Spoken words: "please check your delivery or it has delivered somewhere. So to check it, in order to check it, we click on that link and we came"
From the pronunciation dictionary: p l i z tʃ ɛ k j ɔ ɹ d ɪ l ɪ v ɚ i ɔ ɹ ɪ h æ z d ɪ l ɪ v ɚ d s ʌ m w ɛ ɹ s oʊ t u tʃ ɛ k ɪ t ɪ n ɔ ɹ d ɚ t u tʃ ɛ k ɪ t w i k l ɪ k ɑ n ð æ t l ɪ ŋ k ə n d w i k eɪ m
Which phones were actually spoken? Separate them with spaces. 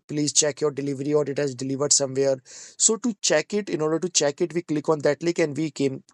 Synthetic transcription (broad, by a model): p l i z tʃ ɛ k j ɔ ɹ d ɪ l ɪ v ɚ i ɔ ɹ ɪ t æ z d ɪ l ɪ v ɚ d s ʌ m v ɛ ɹ s oʊ t u tʃ ɛ k ɪ t ɪ n ɔ ɹ d ɚ t u tʃ ɛ k ɪ t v i k l ɪ k ɑ n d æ t l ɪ k ə n d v i k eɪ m